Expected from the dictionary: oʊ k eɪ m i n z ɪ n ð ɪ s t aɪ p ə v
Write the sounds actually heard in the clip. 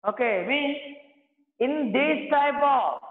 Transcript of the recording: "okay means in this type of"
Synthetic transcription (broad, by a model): oʊ k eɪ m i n ɪ n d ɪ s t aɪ b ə